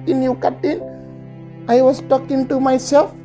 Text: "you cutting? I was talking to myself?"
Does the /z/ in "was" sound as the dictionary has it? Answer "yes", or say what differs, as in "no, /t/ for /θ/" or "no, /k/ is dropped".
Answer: no, /s/ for /z/